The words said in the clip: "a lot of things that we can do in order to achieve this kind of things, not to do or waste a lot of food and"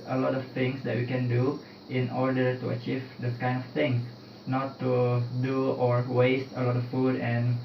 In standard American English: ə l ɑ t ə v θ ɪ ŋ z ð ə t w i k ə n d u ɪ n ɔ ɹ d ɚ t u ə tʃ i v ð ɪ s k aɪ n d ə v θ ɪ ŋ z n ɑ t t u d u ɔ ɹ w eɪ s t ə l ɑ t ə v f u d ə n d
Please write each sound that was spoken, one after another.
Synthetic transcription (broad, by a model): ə l ɑ t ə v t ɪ ŋ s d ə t w i k ə n d u ɪ n ɔ ɹ d ɚ t u ə tʃ i v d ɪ s k aɪ n d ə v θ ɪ ŋ n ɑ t t u d u ɔ ɹ w eɪ s t ə l ɑ t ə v f u d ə n